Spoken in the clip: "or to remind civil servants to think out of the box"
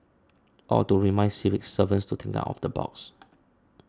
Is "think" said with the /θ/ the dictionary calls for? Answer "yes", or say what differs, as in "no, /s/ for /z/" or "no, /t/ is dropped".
no, /t/ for /θ/